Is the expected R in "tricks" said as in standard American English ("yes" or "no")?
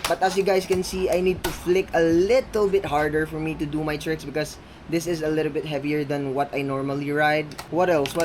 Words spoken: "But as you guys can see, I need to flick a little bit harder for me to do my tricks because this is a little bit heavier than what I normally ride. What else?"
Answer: yes